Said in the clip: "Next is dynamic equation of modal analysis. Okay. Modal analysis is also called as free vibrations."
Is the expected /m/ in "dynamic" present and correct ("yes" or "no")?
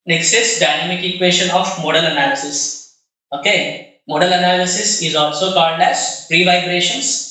yes